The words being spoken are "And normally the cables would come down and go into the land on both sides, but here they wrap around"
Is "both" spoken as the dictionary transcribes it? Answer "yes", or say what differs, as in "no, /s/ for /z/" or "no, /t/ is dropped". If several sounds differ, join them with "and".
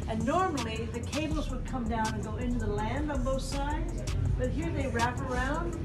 yes